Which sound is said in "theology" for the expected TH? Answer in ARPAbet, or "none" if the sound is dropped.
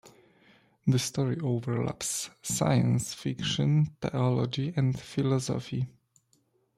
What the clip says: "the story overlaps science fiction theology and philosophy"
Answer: T